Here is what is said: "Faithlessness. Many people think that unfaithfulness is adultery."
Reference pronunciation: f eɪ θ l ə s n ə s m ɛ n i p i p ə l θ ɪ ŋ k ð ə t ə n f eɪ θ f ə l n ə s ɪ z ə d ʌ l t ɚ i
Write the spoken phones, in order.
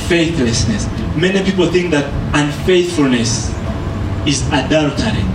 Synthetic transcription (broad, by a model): f eɪ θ l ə s n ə s m ɛ n i p i p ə l θ ɪ ŋ k ð ə t ə n f eɪ θ f ə l n ə s ɪ z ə d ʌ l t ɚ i